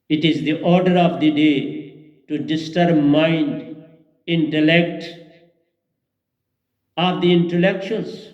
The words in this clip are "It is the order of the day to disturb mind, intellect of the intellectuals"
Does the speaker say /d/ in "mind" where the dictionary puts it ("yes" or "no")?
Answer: yes